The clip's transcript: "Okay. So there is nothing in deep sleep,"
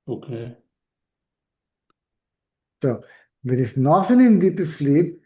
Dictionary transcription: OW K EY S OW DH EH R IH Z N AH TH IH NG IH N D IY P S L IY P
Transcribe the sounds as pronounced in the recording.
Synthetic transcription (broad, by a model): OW K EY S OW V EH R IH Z N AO S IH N IH N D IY P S L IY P